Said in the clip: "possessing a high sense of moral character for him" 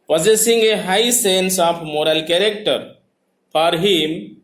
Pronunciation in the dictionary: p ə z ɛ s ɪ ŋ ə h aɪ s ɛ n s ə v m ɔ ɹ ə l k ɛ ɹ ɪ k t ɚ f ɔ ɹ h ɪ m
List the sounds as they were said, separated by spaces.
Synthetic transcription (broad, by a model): p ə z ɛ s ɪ ŋ ə h aɪ s ɛ n s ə p m ɔ ɹ ə l k ɛ ɹ ɪ k t ɚ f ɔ ɹ h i m